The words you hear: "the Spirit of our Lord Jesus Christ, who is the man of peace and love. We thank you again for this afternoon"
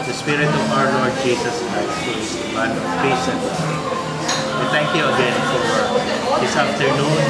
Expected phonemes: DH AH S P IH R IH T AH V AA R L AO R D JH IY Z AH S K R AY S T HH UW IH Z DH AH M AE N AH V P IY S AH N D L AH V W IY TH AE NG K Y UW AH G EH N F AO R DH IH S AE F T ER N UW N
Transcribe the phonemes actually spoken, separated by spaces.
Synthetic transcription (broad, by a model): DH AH S P IH R IH T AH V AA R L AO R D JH IY S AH S K R AY S T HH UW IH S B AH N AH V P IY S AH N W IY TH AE NG K Y UW AH G EH N F AO R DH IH S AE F T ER N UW N